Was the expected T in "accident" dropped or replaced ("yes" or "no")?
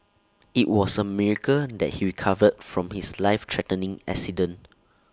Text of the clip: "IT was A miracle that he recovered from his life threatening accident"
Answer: yes